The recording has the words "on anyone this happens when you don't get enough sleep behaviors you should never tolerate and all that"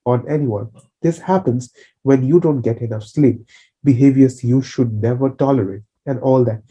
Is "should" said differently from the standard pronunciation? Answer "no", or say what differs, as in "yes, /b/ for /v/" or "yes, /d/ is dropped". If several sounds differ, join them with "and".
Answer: no